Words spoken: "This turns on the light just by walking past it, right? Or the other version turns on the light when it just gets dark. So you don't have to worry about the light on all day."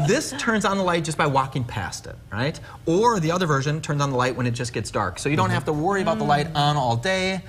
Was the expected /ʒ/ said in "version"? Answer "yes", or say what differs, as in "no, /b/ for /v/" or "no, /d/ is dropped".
yes